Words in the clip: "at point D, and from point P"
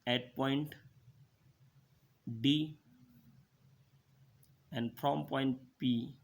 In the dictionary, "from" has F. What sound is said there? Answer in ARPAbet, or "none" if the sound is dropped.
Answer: P